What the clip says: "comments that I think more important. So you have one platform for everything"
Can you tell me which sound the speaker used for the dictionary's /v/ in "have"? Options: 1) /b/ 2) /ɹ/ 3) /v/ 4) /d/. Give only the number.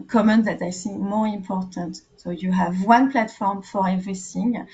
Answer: 3